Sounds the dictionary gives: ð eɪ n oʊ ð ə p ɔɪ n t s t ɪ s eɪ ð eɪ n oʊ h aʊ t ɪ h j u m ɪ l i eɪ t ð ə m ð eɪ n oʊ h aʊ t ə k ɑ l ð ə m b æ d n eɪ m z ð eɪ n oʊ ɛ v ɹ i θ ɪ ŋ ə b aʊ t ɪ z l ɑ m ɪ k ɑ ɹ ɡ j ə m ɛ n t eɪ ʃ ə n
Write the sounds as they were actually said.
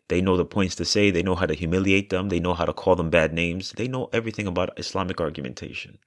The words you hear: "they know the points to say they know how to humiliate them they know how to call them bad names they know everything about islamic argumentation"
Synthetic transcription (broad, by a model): ð eɪ n oʊ ð ə p ɔɪ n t s t ɪ s eɪ ð eɪ n oʊ h aʊ t ɪ h j u m ɪ l i eɪ t ð ə m ð eɪ n oʊ h aʊ t ə k ɑ l ð ə m b æ d n eɪ m z ð eɪ n oʊ ɛ v ɹ i θ ɪ ŋ ə b aʊ t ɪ s l ɑ m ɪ k ɑ ɹ ɡ j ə m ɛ n t eɪ ʃ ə n